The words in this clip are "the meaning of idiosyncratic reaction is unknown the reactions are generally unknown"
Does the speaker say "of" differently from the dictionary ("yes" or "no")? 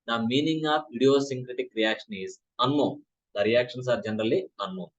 yes